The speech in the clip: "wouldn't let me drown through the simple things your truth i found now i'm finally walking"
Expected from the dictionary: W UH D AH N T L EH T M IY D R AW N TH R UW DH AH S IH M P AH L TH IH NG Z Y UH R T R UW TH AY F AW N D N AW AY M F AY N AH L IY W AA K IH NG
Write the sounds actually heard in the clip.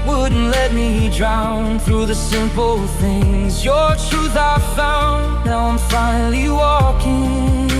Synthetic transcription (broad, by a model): W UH D N T L EH T M IY D R AW N TH R UW DH AH S IH M P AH L TH IH NG Z Y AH R T R UW TH AY F AW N N AW AY M F AY N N L IY W AA K IH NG